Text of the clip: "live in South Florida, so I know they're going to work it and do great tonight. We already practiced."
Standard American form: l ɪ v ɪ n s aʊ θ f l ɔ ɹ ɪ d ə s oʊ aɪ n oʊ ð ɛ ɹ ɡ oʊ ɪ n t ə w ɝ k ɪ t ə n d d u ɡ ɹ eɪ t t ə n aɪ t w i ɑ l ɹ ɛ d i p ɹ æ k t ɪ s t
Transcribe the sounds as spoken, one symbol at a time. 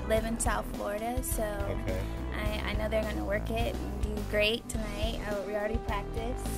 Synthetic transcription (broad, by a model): l ɪ v ɪ n s aʊ θ f l ɔ ɹ ɪ d ə s oʊ aɪ n oʊ ð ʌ ɹ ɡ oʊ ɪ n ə w ɝ k ɪ t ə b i ɡ ɹ eɪ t t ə n aɪ t w i l ɹ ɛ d i p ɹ æ k t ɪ s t